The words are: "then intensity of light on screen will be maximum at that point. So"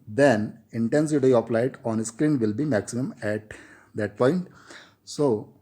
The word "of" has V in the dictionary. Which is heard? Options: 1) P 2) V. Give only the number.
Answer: 1